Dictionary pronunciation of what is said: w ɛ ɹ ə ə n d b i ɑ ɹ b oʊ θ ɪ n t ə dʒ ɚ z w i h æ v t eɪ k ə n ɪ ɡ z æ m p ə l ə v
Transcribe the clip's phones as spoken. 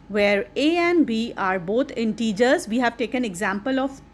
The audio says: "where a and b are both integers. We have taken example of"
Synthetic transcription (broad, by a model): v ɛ ɹ ə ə n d b i ɑ ɹ b oʊ t ɪ n t ə dʒ ɚ z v i h æ v t eɪ k ə n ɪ ɡ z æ m p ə l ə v